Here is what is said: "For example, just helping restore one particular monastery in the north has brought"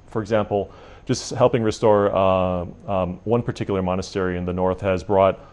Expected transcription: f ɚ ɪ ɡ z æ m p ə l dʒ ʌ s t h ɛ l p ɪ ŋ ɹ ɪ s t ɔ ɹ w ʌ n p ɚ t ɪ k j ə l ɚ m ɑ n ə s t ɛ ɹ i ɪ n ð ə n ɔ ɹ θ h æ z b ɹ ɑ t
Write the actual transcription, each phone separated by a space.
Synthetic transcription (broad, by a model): f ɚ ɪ ɡ z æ m p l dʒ ʌ s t h ɛ l p ɪ ŋ ɹ ɪ s t ɔ ɹ w ʌ n p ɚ t ɪ k j l ɚ m ɑ n ə s t ɛ ɹ i ɪ n ð ə n ɔ ɹ θ h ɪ z b ɹ ɑ t